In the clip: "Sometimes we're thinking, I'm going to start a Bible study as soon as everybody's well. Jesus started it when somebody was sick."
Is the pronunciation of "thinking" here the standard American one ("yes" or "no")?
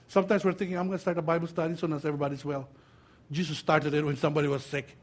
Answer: no